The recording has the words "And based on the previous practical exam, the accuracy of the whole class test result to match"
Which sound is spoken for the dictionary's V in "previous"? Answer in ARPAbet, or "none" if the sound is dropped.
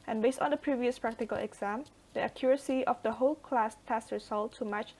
V